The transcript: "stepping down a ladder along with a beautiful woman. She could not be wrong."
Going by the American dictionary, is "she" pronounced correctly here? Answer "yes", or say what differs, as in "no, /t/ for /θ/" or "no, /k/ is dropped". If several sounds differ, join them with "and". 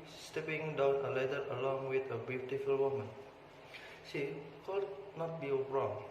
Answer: no, /s/ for /ʃ/